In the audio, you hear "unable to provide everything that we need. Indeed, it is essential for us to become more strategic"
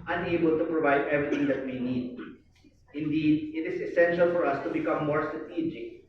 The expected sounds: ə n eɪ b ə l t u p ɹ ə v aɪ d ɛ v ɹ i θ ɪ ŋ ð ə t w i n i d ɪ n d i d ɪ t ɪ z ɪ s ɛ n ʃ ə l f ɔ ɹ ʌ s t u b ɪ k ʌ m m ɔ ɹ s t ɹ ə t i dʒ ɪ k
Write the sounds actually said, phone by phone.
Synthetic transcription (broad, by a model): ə n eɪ b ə l t u p ɹ ə v aɪ d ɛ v ɹ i t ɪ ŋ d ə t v i n i d ɪ n d i d ɪ t ɪ z ɪ s ɛ n ʃ ə l f ɔ ɹ ʌ s t u b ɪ k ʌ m m ɔ ɹ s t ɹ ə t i dʒ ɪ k